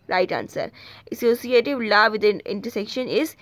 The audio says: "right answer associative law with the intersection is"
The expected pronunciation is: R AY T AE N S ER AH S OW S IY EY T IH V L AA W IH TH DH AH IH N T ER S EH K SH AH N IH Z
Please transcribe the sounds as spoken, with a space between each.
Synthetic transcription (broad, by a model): R AY T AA N S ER AH S OW S IY EY T IH V L AA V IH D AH IH N T ER S EH K SH AH N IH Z